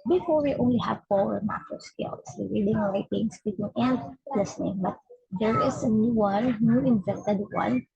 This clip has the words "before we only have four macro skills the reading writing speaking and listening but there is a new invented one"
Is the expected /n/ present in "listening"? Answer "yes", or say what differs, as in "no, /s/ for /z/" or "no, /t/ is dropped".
yes